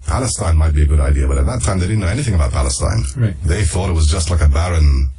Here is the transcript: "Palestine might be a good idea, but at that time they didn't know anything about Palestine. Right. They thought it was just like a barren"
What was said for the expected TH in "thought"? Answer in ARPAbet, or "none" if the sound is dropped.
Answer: TH